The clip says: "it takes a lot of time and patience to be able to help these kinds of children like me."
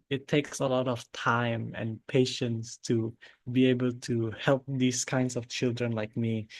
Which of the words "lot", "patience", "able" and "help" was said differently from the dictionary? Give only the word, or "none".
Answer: none